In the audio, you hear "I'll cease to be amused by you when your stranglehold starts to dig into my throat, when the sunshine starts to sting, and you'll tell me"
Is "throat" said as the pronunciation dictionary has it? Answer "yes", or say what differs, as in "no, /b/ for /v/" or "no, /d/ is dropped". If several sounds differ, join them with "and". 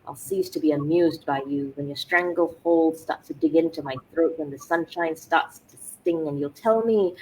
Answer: yes